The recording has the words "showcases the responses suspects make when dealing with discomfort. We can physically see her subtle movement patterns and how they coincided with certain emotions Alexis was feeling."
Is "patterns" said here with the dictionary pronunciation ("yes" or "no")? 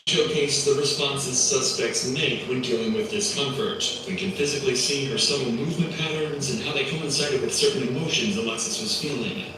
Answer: yes